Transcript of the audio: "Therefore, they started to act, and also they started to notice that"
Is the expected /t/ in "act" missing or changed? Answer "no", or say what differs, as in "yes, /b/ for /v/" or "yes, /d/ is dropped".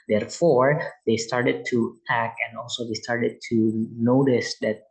yes, /t/ is dropped